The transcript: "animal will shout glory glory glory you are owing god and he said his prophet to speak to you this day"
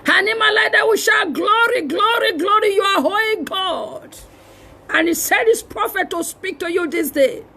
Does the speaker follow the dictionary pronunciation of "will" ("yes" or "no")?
no